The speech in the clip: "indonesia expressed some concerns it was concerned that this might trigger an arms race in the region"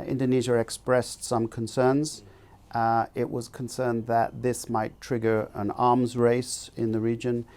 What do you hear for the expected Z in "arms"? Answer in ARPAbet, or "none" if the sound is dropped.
Z